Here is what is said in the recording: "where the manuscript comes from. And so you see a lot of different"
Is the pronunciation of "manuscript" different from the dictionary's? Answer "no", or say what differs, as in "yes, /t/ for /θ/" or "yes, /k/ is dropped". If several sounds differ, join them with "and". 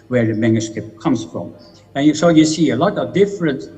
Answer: yes, /ɹ/ is dropped